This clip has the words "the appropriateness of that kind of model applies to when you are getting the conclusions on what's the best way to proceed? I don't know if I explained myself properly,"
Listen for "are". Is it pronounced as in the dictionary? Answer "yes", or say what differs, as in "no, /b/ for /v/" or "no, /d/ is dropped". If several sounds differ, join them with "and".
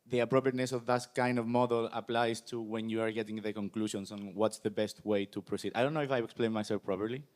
yes